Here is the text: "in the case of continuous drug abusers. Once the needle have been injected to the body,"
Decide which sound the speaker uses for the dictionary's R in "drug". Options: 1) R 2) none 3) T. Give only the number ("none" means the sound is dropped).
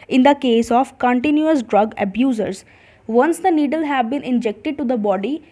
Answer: 1